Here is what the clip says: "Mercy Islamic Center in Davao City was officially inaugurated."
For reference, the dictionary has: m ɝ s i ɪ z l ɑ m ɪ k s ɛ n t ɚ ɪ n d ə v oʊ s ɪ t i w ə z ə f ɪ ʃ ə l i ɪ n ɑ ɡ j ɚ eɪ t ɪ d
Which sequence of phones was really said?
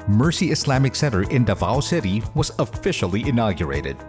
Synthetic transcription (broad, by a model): m ɝ s i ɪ s l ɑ m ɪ k s ɛ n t ɚ ɪ n d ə v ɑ s ɪ t i w ə z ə f ɪ ʃ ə l i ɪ n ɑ ɡ j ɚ eɪ t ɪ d